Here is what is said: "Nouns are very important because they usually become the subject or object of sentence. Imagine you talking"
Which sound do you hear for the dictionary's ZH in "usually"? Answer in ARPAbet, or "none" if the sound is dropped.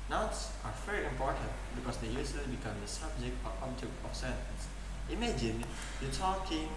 S